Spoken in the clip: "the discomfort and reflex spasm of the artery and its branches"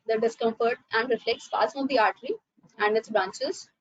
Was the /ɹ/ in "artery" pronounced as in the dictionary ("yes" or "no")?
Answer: yes